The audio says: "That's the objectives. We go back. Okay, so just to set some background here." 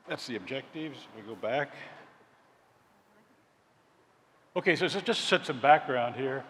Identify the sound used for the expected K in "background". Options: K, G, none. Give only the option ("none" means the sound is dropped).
K